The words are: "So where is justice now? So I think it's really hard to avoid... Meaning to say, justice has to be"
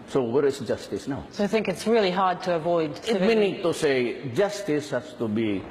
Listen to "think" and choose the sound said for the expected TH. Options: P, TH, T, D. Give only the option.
TH